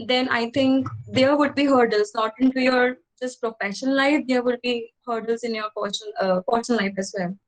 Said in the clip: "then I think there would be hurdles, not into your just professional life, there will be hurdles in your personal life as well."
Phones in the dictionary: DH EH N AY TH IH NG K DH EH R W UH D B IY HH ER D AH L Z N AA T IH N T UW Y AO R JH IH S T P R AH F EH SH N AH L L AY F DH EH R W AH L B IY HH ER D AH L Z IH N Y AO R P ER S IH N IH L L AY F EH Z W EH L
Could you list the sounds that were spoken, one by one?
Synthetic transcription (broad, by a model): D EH N AY T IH NG K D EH R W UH D B IY HH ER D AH L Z N AA T IH N T UW Y AO R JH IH S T P R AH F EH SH AH N L AY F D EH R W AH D B IY HH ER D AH L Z IH N Y AO R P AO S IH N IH N L AY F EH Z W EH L